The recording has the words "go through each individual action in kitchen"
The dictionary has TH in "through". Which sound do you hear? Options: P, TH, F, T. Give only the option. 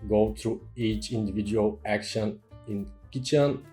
T